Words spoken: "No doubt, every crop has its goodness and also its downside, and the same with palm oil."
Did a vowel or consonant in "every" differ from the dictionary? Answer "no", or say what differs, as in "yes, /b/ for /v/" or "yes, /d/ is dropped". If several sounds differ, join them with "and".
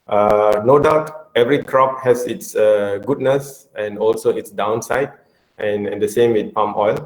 no